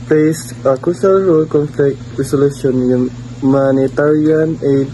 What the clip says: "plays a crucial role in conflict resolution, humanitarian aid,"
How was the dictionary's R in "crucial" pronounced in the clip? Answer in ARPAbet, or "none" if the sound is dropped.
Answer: none